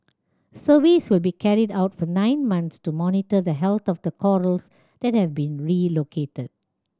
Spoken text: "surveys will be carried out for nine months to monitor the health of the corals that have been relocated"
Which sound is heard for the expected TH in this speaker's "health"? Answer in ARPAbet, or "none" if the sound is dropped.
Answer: T